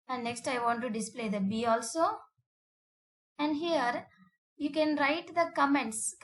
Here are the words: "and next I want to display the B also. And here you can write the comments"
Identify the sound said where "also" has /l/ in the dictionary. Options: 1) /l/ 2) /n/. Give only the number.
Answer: 1